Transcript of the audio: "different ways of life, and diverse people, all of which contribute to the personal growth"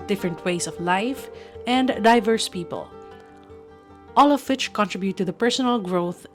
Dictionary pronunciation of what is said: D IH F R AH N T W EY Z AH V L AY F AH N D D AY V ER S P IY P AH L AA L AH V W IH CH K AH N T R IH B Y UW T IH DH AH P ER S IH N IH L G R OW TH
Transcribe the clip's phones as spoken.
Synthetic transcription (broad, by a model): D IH F R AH N T W EY S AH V L AY F AH N D D AY V ER S P IY P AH L AA L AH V W IH CH K AH N T R IH B Y UW T IH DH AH P ER S IH N IH L G R OW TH